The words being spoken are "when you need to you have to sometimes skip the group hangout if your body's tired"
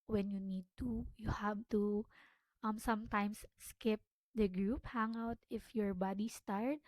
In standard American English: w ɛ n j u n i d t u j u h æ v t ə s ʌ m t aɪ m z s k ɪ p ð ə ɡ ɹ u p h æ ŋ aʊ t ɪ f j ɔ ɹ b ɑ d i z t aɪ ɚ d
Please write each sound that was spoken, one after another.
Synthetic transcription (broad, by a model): w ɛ n j u n i d t u j u h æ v t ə s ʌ m t aɪ m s s k ɪ p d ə ɡ ɹ u p h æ ŋ aʊ t ɪ f j ɔ ɹ b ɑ d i s t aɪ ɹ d